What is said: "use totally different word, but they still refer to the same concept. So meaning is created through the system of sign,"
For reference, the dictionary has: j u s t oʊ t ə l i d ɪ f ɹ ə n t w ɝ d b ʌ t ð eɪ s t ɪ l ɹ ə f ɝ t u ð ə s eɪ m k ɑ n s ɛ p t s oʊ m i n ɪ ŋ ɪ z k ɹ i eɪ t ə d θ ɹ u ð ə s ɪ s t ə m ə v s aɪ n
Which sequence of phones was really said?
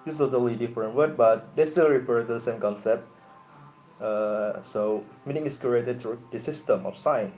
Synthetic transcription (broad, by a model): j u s t oʊ t ə l i d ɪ f ɹ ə n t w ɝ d b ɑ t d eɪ s t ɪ l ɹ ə p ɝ t u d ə s eɪ m k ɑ n s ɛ p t s oʊ m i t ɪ ŋ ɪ s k ɹ i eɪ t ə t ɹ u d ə s ɪ s t ə m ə f s aɪ n